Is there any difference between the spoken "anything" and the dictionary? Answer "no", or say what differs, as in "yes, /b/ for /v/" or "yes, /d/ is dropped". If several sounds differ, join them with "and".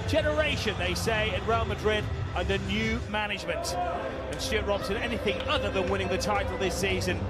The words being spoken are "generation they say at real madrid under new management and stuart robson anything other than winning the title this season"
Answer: no